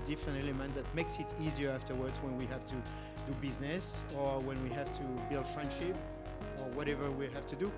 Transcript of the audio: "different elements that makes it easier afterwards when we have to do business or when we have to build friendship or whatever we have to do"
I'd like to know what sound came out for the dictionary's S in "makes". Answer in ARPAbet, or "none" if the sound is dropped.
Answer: S